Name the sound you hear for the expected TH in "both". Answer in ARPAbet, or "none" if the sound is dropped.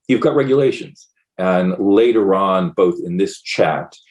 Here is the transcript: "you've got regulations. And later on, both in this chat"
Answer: TH